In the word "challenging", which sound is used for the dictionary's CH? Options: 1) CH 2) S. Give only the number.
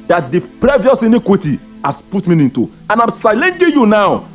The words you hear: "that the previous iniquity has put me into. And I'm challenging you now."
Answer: 2